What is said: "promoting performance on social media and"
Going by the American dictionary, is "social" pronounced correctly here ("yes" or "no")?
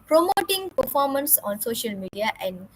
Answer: yes